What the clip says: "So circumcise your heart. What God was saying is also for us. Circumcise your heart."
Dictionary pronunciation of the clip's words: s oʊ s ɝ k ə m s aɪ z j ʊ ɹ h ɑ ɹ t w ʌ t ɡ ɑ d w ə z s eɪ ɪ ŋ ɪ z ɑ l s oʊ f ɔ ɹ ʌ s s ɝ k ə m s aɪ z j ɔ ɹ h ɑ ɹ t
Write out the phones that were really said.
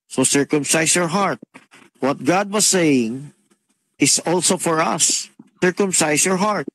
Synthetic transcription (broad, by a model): s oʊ s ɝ k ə m s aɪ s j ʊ ɹ h ɑ ɹ t w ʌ t ɡ ɑ d w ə s eɪ ɪ ŋ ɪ s ɑ l s oʊ f ɔ ɹ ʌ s s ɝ k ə m s aɪ s j ɔ ɹ h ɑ ɹ t